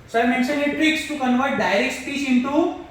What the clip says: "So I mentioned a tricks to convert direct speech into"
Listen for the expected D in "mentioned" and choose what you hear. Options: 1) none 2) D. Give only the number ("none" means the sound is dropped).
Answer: 1